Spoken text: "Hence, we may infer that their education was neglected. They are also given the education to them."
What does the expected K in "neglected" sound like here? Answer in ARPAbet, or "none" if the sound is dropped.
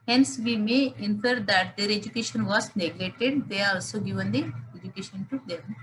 none